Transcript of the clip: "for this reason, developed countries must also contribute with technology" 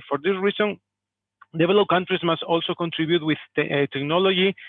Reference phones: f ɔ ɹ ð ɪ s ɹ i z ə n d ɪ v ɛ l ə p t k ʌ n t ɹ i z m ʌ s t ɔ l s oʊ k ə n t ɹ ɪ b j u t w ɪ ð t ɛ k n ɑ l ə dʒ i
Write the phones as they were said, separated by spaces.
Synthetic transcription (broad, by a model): f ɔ ɹ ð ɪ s ɹ i s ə n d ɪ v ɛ l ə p k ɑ n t ɹ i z m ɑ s t ɔ l s oʊ k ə n t ɹ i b j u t w ɪ ð t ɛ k n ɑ l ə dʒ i